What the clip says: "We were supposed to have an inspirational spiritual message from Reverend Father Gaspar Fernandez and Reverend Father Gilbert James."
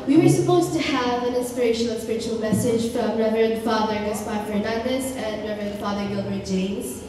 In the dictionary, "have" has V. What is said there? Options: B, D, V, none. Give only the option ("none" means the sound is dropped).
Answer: V